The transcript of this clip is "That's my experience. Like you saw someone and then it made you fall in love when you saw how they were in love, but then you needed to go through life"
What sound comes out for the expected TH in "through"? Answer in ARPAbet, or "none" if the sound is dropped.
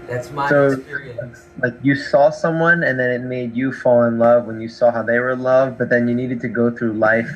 TH